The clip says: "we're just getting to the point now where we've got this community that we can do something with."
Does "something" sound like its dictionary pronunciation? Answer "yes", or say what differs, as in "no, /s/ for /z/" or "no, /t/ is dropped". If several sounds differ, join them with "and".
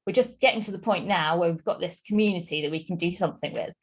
yes